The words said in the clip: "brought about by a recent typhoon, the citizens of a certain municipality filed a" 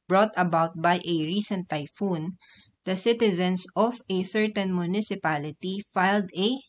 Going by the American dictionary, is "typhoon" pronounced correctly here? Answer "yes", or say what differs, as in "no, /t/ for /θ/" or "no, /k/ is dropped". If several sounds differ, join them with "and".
yes